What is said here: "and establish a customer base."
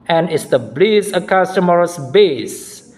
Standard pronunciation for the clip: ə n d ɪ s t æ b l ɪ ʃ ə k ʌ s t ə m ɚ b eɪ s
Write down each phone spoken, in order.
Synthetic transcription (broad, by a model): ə n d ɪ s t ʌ b l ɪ s ə k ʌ s t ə m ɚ b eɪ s